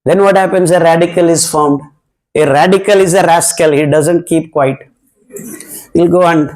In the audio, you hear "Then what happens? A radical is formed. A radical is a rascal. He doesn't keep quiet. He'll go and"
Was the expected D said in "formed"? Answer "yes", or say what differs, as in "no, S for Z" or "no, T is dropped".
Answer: no, D is dropped